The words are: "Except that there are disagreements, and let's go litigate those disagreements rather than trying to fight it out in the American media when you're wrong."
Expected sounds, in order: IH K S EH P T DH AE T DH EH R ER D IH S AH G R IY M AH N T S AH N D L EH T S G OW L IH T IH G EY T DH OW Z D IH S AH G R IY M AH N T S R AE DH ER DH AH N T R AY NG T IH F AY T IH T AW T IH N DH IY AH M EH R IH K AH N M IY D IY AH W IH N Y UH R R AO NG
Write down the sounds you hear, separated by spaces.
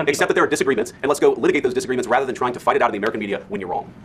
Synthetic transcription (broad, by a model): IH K S EH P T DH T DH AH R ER D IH S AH G R IY M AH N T S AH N L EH T S G OW L IH T IH G EY T DH OW Z D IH S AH G R IY M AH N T S R AE DH ER DH AH N T R AY NG T IH F AY T IH T AW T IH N DH IY AH M EH R IH K AH N M IY D IY AH W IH N Y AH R R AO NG